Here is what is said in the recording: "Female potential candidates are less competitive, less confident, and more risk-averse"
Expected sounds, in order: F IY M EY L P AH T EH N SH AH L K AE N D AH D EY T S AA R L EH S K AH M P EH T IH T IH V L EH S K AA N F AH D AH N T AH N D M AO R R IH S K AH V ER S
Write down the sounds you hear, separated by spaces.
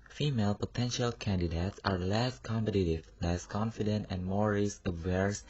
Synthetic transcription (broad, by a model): F IY M EY L P AH T EH N SH AH L K AE N D AH D EY T S AA R L EH S K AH M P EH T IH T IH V L EH S K AA N F AH D AH N T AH N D M AO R R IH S AH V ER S